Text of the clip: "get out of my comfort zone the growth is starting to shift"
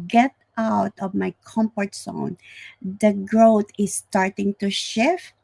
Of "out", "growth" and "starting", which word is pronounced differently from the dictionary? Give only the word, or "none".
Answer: growth